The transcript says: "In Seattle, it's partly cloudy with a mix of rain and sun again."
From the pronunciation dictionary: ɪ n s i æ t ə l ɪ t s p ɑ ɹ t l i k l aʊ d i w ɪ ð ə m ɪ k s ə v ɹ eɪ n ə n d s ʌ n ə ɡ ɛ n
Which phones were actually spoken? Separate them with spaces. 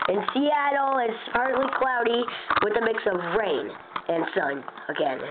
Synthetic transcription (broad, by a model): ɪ n s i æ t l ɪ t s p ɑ ɹ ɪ l i k l aʊ d i w ɪ ð ə m ɪ k s ə v ɹ eɪ n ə n s ʌ n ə ɡ ɛ n